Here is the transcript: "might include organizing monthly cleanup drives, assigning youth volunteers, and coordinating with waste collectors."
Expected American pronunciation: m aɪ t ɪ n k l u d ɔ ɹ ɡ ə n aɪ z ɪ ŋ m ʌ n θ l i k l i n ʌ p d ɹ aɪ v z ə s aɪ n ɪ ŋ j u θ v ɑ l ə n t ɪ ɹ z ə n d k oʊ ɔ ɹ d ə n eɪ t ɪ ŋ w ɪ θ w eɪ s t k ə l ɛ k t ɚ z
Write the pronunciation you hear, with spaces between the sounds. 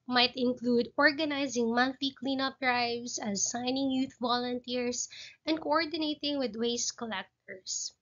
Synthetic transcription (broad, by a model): m aɪ t ɪ n k l u d ɔ ɹ ɡ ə n aɪ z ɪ ŋ m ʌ n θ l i k l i n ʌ p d ɹ aɪ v s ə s aɪ n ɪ ŋ j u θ v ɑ l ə n t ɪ ɹ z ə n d k oʊ ɔ ɹ d ə n eɪ t ɪ ŋ w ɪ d w eɪ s k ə l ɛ k t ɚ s